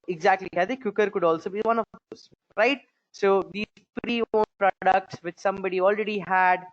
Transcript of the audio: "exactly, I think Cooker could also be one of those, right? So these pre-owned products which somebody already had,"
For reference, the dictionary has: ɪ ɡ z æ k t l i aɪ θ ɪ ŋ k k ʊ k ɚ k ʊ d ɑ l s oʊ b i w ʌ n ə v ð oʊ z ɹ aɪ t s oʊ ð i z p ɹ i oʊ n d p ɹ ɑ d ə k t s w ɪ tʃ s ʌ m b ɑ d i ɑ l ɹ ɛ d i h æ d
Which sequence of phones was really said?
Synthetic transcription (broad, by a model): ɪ ɡ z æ k t l i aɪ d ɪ k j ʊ k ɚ k ʊ d ɑ l s oʊ b i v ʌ n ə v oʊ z ɹ aɪ t s oʊ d i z p ɹ i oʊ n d p ɹ ɑ d ə k t s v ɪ tʃ s ʌ m b ɑ d i ɑ l ɹ ɛ d i h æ d